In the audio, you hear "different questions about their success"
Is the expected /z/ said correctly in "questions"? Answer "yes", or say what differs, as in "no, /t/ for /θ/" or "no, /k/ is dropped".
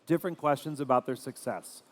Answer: yes